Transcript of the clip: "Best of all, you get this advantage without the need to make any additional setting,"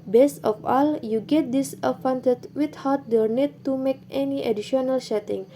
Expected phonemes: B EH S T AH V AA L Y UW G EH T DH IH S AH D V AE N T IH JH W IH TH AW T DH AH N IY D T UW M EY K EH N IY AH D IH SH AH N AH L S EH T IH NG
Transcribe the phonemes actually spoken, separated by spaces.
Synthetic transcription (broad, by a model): B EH S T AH F AA L Y UW G EH T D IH S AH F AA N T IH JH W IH T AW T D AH N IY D T UW M EY K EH N IY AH D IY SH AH N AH L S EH T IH NG